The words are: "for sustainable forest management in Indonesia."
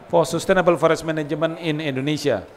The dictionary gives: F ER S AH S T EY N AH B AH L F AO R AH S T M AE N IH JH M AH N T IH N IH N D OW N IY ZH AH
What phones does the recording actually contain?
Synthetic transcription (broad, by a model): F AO S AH S T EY N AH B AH L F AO R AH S M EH N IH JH M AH N IH N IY N D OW N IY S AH